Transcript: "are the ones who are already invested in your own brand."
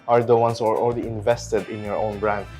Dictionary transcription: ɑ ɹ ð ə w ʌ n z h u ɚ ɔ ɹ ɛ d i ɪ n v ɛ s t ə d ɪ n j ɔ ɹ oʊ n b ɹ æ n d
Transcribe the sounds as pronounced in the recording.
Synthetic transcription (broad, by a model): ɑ ɹ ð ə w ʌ n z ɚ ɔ l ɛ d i ɪ n v ɛ s t ə d ɪ n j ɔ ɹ oʊ n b ɹ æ n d